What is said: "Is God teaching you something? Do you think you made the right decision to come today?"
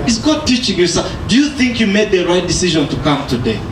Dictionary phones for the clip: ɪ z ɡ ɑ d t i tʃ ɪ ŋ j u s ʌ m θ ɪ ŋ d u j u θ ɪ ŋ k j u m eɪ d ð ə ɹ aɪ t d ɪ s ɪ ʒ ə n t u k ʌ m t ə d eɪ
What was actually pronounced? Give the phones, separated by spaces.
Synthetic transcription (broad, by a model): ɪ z ɡ ɑ d t i tʃ ɪ ŋ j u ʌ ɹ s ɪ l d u j u θ ɪ ŋ k j u m eɪ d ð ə ɹ aɪ t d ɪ s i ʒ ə n t u k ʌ m t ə d eɪ